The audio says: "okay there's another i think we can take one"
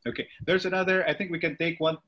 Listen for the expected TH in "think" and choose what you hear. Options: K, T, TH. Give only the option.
TH